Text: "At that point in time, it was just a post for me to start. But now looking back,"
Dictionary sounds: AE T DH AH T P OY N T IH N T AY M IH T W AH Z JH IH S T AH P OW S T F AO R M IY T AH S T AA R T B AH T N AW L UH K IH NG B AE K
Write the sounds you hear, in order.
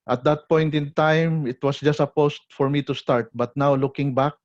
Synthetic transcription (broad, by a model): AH T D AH T P OY N T IH N T AY M IH T W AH S JH IH S T AH P OW S T F AO R M IY T AH S T AA R T B AH T N AW L UH K IH NG B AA K